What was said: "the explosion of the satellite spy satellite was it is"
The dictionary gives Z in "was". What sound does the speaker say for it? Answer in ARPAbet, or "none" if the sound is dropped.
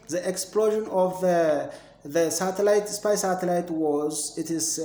Z